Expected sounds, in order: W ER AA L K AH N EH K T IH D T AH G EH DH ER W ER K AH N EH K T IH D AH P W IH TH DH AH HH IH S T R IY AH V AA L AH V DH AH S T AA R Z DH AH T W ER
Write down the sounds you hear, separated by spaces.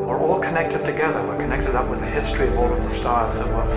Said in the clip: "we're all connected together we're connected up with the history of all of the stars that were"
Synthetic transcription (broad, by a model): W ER AA L K AH N EH K T IH D T AH G EH DH ER W ER K AH N EH K T IH D AH P W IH DH AH HH IH S T R IY AH V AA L AH V DH AH S T AA L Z DH AH T W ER